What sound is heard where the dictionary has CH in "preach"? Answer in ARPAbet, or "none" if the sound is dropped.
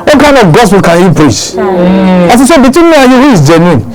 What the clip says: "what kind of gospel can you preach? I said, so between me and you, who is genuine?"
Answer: S